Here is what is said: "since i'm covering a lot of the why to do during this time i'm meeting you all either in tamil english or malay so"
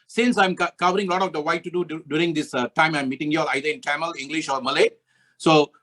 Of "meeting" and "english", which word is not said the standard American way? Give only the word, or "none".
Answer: none